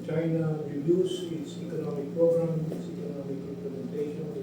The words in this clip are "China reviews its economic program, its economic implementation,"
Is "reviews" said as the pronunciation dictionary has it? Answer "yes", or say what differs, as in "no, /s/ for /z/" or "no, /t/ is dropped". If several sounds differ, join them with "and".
no, /s/ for /z/